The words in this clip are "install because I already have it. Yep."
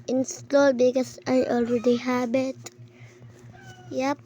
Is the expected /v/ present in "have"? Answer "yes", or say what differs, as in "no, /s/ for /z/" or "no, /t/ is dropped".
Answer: no, /b/ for /v/